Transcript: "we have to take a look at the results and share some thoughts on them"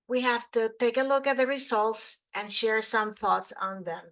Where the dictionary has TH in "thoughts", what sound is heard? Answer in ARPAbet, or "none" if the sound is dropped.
TH